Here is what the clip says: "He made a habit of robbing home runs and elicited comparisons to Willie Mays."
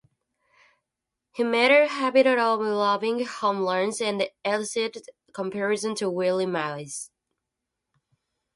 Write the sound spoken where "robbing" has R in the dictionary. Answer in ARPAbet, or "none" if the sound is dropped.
L